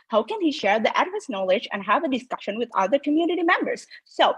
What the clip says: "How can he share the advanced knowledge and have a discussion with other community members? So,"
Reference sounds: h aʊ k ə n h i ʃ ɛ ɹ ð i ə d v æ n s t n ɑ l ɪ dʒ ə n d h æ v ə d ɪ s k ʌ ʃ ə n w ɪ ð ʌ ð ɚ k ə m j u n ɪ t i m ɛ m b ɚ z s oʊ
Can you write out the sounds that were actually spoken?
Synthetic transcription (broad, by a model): h aʊ k ə n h i ʃ ɛ ɹ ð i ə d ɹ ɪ s n ɑ l ɪ dʒ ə n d h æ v ə d ɪ s k ʌ ʃ ə n w ɪ ð ʌ ð ɚ k ə m j u n ɪ t i m ɛ m b ɚ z s oʊ